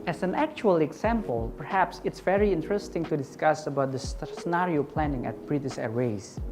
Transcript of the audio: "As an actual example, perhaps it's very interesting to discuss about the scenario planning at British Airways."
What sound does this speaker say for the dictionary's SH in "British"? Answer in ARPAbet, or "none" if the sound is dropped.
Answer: S